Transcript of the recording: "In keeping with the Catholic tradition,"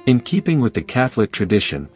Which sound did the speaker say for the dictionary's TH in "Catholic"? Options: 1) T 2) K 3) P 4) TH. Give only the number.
4